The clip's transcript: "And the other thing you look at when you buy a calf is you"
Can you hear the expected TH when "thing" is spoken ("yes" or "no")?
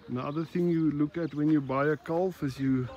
yes